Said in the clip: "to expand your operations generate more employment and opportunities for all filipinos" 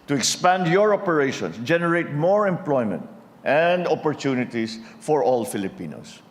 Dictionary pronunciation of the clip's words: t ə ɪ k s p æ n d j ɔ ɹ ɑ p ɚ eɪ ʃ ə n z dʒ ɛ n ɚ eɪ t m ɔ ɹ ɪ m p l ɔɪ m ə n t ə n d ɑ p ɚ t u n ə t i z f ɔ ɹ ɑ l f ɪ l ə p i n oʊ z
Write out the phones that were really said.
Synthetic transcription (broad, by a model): t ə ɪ k s p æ n d j ɔ ɹ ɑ p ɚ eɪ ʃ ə n s dʒ ɛ n ɚ eɪ t m ɔ ɹ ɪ m p l ɔɪ m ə n t ə n d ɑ p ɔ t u n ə t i s f ɔ ɹ ɑ l f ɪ l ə p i n oʊ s